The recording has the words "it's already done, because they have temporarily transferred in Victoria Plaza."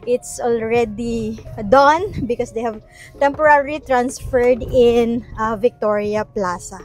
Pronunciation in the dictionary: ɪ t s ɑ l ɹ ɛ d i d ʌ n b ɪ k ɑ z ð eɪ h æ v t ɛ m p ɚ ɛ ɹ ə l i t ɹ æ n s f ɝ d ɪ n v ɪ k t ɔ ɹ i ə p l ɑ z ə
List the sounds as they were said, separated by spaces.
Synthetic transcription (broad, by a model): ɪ t s ɑ l ɹ ɛ d i d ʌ n b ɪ k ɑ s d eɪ h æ v t ɛ m p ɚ ɹ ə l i t ɹ æ n s f ɝ d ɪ n v ɪ k t ɔ ɹ i ə p l ɑ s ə